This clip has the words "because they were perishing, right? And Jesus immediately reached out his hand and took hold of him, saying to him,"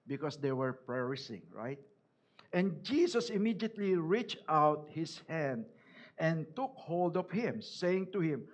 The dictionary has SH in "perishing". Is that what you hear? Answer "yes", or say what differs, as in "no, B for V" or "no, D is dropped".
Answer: no, S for SH